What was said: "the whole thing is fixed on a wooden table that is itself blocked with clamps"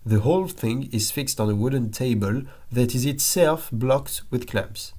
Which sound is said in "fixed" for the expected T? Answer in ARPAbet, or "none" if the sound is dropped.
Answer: T